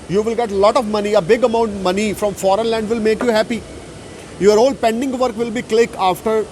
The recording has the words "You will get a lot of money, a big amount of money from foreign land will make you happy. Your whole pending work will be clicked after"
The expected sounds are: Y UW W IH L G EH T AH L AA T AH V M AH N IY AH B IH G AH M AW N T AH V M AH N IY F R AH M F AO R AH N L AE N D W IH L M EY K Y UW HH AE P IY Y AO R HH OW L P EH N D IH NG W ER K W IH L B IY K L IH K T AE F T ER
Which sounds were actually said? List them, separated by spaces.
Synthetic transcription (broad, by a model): Y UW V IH L G EH T L AA T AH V M AH N IY AH B IH G AH M AW N T M AH N IY F R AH M F AO R AH N L AE N D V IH L M EY K Y UW HH AE P IY Y AO R HH OW L P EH N D IH NG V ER K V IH L B IY K L IH K AA F T ER